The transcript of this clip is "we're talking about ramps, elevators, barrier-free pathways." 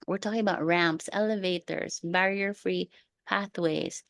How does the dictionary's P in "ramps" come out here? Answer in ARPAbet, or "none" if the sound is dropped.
P